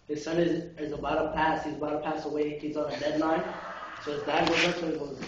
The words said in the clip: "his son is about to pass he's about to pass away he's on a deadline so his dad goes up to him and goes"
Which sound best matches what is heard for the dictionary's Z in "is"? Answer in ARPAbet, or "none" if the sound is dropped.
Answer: Z